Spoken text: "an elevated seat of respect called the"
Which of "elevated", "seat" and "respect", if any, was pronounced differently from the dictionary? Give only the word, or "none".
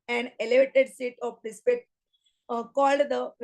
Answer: respect